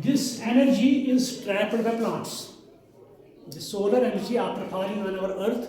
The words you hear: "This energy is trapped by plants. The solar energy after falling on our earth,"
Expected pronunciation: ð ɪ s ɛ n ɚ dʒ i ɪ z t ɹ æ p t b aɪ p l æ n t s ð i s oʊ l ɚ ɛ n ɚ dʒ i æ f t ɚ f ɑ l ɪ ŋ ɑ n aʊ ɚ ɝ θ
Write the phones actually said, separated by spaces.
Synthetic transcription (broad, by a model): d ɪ s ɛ n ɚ dʒ i ɪ z t ɹ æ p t b aɪ p l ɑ n t s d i s oʊ l ɚ ɛ n ɚ dʒ i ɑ p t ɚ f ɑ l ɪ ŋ ɑ n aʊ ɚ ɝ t